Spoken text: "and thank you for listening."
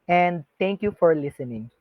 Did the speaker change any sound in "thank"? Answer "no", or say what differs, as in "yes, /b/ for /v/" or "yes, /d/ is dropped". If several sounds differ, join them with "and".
yes, /t/ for /θ/